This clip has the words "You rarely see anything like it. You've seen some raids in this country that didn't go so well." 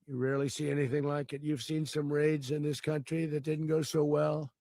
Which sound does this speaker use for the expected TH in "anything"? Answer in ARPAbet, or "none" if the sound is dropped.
TH